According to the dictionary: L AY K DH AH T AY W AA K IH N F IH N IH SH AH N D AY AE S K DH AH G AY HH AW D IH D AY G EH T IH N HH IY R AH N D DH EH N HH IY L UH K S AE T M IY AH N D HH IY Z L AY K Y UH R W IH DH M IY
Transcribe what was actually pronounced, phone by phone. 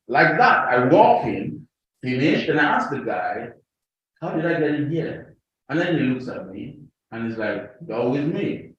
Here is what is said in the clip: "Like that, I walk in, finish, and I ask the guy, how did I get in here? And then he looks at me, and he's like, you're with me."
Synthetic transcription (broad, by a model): L AY K DH AH T AY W AA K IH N F IH N IH SH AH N AY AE S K DH AH G AY HH AW D IH D AY G EH T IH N HH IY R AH N DH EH N HH IY L UH K S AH T M IY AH N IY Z L AY K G UH W IH DH M IY